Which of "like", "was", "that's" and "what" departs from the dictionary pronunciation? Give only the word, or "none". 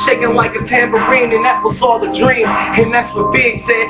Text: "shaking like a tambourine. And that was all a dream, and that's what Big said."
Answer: was